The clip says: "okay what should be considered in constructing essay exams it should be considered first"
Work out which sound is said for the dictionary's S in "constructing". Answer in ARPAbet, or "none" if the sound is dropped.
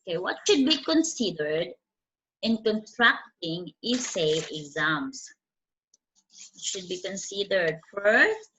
none